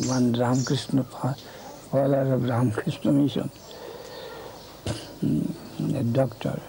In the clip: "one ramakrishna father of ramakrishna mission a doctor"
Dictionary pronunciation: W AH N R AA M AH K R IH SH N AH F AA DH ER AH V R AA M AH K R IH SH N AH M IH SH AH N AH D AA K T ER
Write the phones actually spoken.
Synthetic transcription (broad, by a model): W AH N R AA M K R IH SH N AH P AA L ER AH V R AA M K R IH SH N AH M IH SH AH N D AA K T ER